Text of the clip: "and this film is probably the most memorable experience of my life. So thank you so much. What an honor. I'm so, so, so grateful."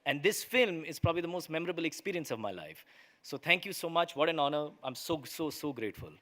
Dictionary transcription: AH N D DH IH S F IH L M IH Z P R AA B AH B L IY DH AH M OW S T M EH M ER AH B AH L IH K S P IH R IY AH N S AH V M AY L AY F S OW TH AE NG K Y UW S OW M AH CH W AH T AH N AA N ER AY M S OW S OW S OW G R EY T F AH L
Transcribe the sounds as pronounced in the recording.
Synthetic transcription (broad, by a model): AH N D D IH S F IH L M IH Z P R AA B AH B L IY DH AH M OW S T M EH M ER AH B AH L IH K S P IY R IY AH N S AH V M AY L AY F S OW T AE NG K Y UW S OW M AH CH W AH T AH N AA N ER AY M S OW S OW S OW G R EY T F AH L